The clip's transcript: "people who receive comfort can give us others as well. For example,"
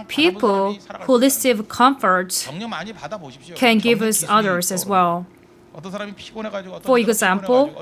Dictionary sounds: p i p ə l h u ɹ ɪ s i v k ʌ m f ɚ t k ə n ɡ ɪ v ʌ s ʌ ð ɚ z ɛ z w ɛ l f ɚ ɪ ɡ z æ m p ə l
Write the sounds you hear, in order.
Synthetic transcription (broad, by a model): p i p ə l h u l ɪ s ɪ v k ʌ m f ɚ t k ə n ɡ ɪ v ʌ s ʌ ð ɚ z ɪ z w ɛ l f ɚ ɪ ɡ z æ m p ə l